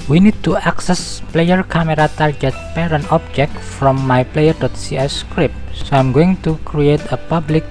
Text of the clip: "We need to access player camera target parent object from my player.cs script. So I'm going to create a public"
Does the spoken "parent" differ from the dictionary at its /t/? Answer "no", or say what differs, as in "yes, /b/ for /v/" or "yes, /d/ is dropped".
yes, /t/ is dropped